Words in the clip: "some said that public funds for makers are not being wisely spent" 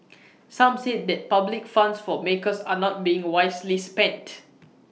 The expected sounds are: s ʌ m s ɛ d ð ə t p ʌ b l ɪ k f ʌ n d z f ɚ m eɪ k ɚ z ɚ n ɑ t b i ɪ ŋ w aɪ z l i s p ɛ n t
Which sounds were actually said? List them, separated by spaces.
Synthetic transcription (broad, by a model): s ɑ m s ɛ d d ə t p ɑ b l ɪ k f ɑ n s f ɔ m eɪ k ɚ s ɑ n ɑ t b i ɪ ŋ w aɪ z l i s p ɛ n t